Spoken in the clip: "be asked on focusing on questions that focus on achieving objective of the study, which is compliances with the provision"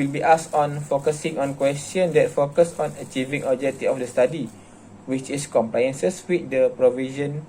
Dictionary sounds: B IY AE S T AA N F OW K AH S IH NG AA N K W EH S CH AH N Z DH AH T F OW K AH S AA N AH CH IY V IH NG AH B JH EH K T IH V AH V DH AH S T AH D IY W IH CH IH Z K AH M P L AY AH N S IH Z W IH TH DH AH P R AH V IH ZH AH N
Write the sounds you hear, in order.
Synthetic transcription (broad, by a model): B IY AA S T AA N F OW K AH S IH NG AA N K W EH S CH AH N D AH T F OW K AH S AA N AH CH IY V IH NG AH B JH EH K T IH AH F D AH S T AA D IY W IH CH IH S K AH M P L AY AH N S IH S W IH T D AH P R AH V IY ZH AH N